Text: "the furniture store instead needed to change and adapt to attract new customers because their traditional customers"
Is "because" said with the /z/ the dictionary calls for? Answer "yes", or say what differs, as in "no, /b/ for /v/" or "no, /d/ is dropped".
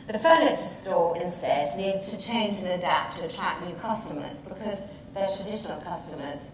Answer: yes